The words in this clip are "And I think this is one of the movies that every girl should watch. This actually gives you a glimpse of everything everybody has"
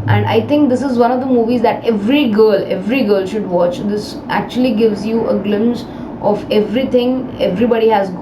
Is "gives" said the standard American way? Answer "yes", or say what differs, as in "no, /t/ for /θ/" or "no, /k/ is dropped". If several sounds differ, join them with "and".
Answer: yes